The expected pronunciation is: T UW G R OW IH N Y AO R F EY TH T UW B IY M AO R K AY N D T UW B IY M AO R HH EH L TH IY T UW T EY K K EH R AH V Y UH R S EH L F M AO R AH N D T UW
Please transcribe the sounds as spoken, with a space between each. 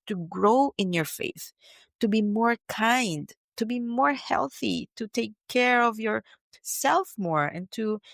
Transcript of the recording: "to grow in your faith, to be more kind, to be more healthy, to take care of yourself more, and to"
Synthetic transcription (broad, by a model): T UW G R OW IH N Y AO R F EY TH T UW B IY M AO R K AY N D T UW B IY M AO R HH EH L TH IY T UW T EY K K EH R AH V Y UH R S EH L F M AO R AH N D T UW